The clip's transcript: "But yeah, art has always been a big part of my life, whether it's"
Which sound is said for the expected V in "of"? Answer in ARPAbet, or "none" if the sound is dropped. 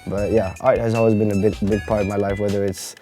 V